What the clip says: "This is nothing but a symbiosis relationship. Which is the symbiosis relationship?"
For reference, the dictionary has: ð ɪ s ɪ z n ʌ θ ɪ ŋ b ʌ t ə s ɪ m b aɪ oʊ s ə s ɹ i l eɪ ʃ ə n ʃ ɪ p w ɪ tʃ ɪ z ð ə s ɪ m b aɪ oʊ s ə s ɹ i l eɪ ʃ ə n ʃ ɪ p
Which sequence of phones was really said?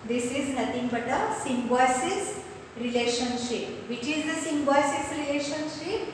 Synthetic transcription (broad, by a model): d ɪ s ɪ z n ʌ t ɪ ŋ b ʌ t ə s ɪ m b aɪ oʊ s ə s ɹ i l eɪ ʃ ə n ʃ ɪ p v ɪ tʃ ɪ z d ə s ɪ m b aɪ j s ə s ɹ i l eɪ ʃ ə n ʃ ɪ p